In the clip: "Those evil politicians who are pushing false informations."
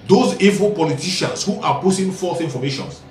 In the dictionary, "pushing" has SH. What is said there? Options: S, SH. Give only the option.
S